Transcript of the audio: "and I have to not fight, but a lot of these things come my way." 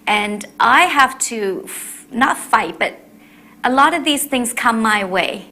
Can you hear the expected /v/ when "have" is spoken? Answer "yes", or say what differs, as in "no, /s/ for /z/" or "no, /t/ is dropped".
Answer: no, /f/ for /v/